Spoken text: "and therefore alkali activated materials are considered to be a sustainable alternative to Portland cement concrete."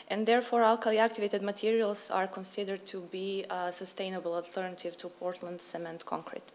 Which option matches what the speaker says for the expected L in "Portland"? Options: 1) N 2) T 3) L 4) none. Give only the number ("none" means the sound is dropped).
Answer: 3